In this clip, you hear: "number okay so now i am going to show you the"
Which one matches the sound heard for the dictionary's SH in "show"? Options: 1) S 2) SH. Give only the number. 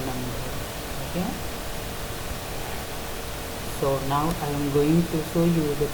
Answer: 1